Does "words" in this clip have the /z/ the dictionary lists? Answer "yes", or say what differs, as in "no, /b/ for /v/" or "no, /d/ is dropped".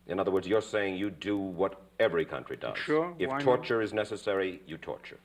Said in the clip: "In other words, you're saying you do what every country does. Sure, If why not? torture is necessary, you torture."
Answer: yes